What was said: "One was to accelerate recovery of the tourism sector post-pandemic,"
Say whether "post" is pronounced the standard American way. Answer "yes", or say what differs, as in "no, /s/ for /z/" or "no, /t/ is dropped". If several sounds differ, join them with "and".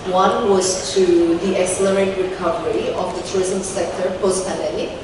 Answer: yes